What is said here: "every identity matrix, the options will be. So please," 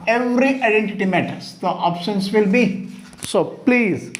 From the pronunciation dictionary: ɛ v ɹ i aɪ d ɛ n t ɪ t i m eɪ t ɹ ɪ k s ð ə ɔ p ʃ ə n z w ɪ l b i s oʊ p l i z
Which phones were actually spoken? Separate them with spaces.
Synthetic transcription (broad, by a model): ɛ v ɹ i aɪ d ɛ n t ɪ t i m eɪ t ɪ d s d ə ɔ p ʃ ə n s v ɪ l b i s oʊ p l i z